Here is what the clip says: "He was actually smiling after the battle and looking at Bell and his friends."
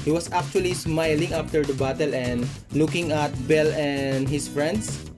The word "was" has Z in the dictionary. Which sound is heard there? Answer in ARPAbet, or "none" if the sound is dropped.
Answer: S